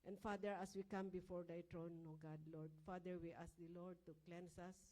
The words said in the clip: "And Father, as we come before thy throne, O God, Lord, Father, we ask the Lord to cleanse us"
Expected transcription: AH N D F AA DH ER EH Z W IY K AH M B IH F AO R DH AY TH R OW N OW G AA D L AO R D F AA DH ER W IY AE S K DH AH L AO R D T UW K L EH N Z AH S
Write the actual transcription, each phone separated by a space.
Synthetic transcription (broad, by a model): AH N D F AA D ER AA S W IY K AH M B IH F AO R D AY T R OW N OW G AA D L AO R D F AA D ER W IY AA S K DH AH L AO R D T UW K L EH N S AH S